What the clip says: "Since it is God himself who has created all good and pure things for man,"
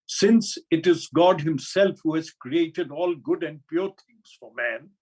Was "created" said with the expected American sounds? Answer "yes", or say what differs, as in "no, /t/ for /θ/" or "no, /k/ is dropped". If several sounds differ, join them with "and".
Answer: yes